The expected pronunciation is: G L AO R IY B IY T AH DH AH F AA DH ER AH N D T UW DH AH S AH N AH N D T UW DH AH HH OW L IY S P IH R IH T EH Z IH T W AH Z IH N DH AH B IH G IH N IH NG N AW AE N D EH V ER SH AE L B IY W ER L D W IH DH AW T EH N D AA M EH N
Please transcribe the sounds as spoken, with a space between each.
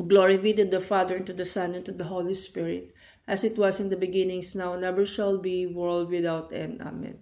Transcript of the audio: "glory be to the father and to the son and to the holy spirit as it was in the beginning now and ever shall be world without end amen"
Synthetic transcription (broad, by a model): G L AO R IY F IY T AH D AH F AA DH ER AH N T UW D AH S AH N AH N T UW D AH HH OW L IY S P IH R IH T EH S IH T W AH S IH N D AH B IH G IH N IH NG N AW N EH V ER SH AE L B IY W ER L D W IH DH AW T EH N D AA M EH N